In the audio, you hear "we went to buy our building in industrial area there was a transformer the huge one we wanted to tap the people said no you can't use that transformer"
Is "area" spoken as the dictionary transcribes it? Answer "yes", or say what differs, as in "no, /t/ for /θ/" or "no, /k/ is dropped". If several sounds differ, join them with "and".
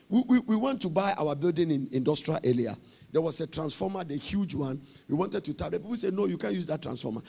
no, /l/ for /ɹ/